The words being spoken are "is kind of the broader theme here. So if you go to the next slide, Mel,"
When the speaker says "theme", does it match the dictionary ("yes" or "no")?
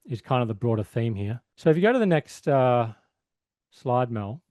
yes